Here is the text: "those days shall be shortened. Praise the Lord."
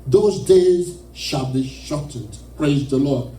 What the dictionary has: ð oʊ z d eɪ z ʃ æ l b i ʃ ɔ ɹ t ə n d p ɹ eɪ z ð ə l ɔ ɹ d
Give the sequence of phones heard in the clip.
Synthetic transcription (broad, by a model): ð oʊ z d eɪ z ʃ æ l b i ʃ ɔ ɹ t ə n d p ɹ eɪ z ð ə l ɔ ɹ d